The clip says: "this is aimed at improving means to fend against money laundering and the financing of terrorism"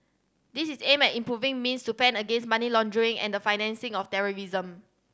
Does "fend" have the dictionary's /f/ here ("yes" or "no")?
no